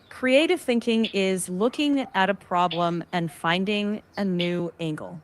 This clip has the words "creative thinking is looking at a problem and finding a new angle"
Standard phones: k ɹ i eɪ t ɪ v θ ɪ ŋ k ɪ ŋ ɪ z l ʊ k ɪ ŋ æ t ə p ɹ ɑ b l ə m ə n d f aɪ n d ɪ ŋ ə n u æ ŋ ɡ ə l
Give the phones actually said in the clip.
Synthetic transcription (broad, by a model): k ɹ i eɪ t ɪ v θ ɪ ŋ k ɪ ŋ ɪ z l ʊ k ɪ ŋ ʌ t ə p ɹ ɑ b l ə m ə n f aɪ n d ɪ ŋ ə n u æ ŋ ɡ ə l